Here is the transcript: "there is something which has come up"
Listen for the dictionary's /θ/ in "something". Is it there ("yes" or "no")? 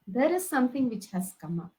no